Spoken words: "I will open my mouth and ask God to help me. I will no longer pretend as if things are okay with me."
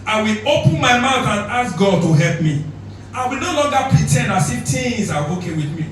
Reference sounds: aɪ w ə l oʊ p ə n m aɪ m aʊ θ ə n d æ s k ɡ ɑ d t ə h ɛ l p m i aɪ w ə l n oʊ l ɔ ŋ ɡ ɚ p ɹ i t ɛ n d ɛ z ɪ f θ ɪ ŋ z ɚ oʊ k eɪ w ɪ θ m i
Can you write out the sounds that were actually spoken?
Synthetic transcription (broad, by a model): aɪ w ə l oʊ p ə n m aɪ m aʊ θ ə n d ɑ s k ɡ ɑ d t ə h ɛ l p m i aɪ w ə l n oʊ l ɔ ŋ ɡ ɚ p ɹ i t ɛ n ɑ s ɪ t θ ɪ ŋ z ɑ oʊ k eɪ w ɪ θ m i